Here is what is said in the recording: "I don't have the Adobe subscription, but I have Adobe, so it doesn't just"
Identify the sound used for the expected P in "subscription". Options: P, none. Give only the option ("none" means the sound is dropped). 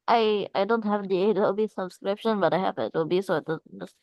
P